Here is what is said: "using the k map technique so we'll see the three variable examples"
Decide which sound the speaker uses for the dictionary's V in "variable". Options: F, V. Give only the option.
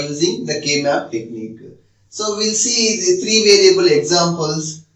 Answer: V